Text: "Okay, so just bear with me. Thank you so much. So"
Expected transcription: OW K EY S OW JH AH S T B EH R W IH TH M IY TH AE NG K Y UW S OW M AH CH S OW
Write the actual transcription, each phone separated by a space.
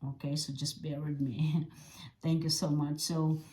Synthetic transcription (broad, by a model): OW K EY S OW JH AH S B EH R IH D M IY TH AE NG K Y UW S OW M AH CH S OW